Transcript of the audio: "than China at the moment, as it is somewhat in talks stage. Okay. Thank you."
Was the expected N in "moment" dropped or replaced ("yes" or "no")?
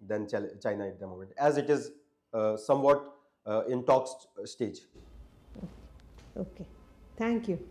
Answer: yes